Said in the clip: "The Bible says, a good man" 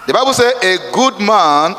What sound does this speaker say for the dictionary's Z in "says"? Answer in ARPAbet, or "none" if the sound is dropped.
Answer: none